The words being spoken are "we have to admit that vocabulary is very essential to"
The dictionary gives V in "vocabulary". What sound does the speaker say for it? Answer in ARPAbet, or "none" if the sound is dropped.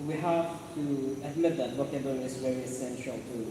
B